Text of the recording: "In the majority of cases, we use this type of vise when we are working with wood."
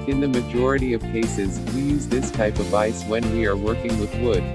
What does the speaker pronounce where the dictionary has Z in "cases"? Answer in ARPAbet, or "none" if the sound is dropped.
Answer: Z